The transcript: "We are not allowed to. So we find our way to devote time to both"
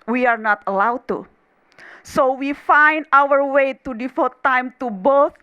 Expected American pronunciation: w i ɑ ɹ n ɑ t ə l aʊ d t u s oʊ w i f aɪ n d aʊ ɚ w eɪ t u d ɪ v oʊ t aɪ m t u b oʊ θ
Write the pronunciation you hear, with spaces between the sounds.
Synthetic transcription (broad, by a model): w i ɑ ɹ n ɑ t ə l aʊ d t u s oʊ w i f aɪ n d aʊ ɚ w eɪ t u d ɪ f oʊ t aɪ m t u b oʊ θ